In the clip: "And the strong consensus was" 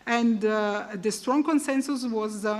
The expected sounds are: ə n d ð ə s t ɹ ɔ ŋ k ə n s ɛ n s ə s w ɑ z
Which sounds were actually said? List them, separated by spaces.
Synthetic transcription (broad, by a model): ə n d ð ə s t ɹ ɔ ŋ k ə n s ɛ n s ə s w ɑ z